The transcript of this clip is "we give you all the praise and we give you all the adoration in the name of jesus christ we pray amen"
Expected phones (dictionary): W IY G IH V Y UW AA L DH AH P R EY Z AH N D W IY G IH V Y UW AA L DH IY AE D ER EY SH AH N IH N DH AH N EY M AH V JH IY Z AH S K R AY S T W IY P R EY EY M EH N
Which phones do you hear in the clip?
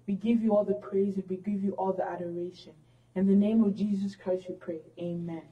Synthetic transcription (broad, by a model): W IY G IH V Y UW AA L DH AH P R EY Z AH N W IY G IH V Y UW AA L DH IY AE D ER EY SH AH N IH N DH AH N EY M AH V JH IY Z AH S K R AY S T W IY P R EY EY M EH N